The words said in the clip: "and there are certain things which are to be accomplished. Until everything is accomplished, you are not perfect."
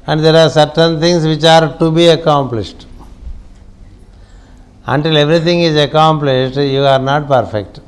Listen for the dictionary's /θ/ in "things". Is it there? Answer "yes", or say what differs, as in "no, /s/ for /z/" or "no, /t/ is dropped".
no, /t/ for /θ/